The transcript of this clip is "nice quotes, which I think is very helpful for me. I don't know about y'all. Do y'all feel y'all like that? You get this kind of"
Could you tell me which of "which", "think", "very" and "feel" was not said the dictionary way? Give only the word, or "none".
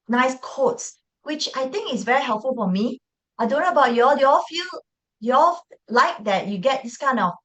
think